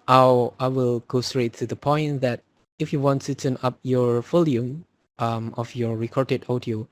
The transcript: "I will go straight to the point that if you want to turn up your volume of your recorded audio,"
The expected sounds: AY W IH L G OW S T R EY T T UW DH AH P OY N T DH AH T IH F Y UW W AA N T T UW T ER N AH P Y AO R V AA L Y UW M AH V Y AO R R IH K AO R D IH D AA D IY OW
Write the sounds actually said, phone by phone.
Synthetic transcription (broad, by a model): AY W IH L G OW S T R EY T T UW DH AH P OY N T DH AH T IH F Y UW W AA N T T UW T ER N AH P Y AO R F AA L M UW M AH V Y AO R R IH K AO R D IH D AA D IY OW